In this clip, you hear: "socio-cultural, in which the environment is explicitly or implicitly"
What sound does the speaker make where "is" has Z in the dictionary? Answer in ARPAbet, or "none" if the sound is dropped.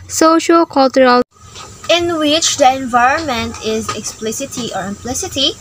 Z